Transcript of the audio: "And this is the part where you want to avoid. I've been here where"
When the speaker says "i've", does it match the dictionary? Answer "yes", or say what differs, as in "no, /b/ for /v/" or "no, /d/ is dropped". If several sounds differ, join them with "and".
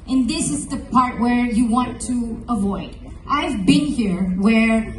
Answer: yes